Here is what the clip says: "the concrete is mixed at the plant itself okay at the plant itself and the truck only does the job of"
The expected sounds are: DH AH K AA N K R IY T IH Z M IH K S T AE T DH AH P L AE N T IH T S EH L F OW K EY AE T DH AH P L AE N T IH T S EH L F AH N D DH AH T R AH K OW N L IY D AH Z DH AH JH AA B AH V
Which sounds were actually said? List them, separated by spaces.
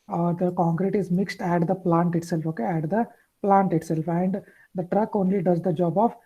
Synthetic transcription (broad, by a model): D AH K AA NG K R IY T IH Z M IH K S T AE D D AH P L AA N T IH T S EH L F OW K EY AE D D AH P L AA N T IH T S EH L F AH N D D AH T R AH K OW N L IY D AH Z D AH JH AA B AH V